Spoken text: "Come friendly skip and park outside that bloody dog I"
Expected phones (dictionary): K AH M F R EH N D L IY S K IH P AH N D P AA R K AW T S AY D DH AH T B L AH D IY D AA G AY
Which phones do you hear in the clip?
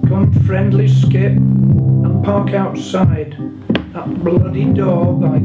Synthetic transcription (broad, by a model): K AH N F R EH N D L IY S K IH P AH N P AA R K AW T S AY D DH AH T B L AH D IY D AA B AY